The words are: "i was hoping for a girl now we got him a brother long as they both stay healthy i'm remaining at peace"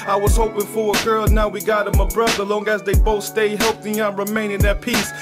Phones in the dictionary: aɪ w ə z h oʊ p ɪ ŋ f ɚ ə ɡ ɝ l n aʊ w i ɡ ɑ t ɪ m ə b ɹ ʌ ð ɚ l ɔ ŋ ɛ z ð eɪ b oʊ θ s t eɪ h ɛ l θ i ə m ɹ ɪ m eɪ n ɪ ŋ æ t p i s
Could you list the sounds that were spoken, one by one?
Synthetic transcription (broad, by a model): aɪ w ə z h oʊ p ɪ ŋ f ɚ ə ɡ ɝ l n aʊ w i ɡ ɑ t ɪ m ə b ɹ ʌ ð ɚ l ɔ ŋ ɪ z ð eɪ b oʊ θ s t eɪ h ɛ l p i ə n ɹ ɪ m eɪ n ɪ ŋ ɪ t p i s